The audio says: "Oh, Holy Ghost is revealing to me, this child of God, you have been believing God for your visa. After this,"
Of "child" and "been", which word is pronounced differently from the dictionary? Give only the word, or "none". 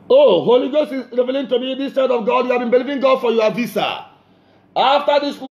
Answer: child